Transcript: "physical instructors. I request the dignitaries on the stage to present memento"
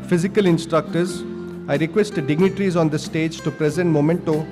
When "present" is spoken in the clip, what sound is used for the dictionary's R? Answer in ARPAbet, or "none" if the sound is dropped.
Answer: R